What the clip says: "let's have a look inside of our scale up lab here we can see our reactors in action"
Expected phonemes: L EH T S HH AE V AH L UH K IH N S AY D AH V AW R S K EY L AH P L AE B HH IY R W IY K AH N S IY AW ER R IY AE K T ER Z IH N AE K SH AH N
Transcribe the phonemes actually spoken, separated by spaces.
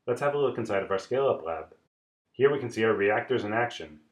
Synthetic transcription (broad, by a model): L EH T S HH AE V AH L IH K IH N S AY D AH V AW R S K EY L AH P L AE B HH IY R W IY K AH N S IY AW ER R IY AE K T ER Z IH N AE K SH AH N